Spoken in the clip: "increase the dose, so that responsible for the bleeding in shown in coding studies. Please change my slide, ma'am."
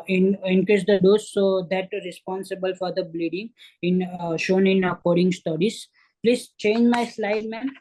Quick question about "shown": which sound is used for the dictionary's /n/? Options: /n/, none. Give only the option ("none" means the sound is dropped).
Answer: /n/